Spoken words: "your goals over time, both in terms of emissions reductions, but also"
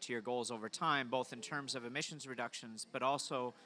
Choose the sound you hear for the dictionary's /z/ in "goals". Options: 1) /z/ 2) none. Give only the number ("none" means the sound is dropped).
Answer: 1